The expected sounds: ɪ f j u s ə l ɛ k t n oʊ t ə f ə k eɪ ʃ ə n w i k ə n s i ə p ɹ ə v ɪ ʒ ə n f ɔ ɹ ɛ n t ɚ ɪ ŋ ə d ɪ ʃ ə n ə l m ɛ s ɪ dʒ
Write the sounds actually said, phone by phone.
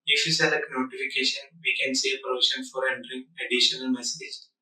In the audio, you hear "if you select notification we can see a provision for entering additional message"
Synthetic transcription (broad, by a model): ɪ f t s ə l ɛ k n oʊ t ə f ə k eɪ ʃ ə n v i k ə n s i p ɹ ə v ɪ ʃ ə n f ɔ ɹ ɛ n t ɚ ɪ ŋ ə d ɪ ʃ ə n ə l m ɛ s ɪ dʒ